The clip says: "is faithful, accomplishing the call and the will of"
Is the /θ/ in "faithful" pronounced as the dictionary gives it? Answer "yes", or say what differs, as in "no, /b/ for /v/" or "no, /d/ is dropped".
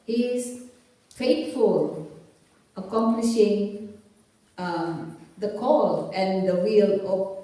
no, /t/ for /θ/